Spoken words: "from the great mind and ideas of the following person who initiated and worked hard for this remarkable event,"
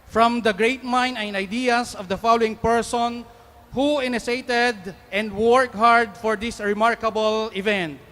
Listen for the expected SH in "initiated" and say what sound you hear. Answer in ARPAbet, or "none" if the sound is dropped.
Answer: S